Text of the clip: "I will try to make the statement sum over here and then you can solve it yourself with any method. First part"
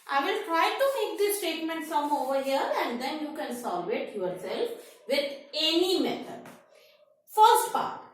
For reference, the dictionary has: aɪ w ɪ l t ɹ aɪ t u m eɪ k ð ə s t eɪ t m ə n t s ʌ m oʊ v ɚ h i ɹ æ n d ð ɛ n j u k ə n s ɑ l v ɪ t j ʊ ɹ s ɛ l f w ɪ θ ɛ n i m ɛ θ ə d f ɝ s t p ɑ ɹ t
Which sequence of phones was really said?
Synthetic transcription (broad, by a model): aɪ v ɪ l t ɹ aɪ t u m eɪ k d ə s t eɪ t m ə n t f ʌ m oʊ v ɚ h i ɹ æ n d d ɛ n j u k ə n s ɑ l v ɪ t j ʊ ɹ s ɛ l f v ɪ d ɛ n i m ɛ t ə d f ɝ s t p ɑ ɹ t